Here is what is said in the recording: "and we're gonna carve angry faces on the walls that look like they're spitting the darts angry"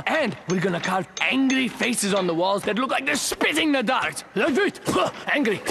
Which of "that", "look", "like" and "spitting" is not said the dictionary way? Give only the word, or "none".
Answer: none